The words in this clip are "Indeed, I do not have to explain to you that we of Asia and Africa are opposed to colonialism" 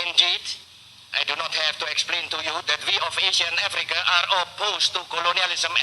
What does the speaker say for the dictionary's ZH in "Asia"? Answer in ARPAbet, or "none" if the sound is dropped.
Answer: SH